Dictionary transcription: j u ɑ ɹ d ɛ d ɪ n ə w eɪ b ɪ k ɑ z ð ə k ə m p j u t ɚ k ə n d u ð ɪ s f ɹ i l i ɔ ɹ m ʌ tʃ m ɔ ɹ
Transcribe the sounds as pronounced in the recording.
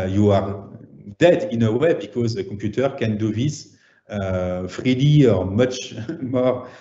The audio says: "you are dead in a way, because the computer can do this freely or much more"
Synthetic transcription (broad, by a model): j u ɑ ɹ d ɛ d ɪ n ə w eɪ b ɪ k ɑ z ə k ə p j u t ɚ k ə n d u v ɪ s f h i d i ɔ ɹ m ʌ tʃ m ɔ ɹ